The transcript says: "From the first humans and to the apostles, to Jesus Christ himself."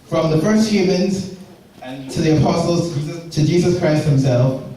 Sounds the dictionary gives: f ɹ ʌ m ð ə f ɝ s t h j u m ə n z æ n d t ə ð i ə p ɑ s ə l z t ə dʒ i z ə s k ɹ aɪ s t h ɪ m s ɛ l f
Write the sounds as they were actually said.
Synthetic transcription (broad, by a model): f ɹ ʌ m ð ə f ɝ s t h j u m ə n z t ə ð i ə p ɑ s ə l z t ə dʒ i z ə s k ɹ aɪ s t h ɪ m s ɛ l f